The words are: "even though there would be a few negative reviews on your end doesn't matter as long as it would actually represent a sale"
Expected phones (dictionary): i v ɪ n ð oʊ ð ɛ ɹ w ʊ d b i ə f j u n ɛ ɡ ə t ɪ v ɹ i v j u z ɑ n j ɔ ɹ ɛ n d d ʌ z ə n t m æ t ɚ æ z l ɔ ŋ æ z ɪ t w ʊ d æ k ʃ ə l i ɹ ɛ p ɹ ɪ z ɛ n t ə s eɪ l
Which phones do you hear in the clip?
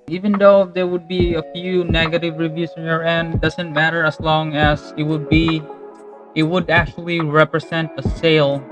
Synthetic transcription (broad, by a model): i v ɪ n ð oʊ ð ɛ ɹ w ʊ d b i ə f j u n ɛ ɡ ə t ɪ v ɹ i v j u s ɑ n j ɔ ɹ ɛ n d d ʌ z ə n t m æ t ɚ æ s l ɔ ŋ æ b ɪ t w ʊ d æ k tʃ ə l i ɹ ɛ p ɹ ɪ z ɛ n t ə s eɪ l